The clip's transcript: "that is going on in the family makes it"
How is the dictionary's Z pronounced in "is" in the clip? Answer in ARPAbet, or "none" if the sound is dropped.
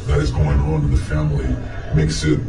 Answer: Z